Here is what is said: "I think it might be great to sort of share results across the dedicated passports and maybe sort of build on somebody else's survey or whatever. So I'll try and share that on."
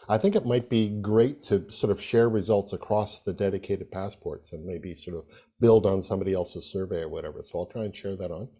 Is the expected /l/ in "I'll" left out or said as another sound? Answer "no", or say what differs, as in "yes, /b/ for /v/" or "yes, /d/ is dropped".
no